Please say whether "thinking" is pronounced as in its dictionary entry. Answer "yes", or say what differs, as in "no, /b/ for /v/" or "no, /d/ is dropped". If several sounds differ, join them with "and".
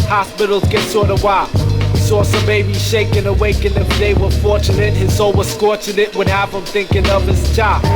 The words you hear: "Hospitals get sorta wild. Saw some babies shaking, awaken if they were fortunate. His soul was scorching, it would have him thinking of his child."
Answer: yes